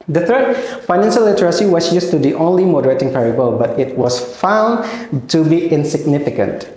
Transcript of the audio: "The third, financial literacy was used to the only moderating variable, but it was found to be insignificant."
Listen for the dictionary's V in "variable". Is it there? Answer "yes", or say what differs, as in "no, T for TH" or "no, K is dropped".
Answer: no, P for V